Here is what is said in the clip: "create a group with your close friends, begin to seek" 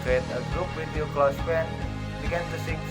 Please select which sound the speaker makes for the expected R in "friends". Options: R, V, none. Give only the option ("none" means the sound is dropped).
none